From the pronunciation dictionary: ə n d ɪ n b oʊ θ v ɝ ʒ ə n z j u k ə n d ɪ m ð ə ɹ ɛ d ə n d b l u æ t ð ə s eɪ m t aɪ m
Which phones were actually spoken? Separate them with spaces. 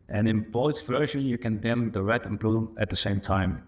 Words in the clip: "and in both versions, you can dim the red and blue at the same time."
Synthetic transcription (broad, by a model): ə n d ɪ n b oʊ s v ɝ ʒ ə n j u k ə n d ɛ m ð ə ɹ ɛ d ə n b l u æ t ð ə s eɪ m t aɪ m